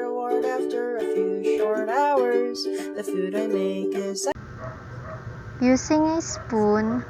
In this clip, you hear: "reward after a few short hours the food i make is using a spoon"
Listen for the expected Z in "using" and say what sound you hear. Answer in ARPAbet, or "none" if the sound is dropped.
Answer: S